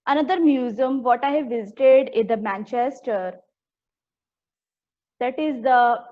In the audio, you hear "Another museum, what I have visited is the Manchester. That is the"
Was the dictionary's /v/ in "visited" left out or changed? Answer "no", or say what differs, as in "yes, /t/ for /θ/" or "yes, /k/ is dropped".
no